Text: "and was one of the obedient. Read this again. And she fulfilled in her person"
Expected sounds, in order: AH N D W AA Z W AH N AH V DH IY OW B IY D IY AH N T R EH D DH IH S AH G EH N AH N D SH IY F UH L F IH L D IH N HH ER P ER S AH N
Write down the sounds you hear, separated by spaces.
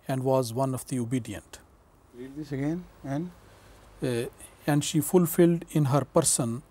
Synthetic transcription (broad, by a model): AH N D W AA Z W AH N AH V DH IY OW B IY D IY AH N T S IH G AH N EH N AH N D SH IY F UH L F IH L D IH N HH ER P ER S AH N